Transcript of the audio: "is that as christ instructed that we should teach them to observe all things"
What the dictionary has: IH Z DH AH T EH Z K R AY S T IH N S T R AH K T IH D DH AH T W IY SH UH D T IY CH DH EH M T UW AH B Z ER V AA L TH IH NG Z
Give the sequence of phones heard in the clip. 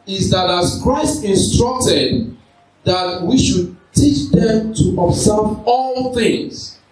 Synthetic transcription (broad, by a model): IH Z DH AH T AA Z K R AY S T IH N S T R AH K T IH D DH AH T W IY SH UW D T IY CH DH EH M T UW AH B S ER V AA L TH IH NG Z